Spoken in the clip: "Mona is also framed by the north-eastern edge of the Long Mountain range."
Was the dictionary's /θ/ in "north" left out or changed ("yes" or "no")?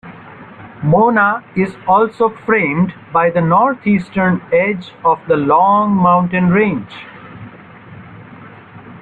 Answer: yes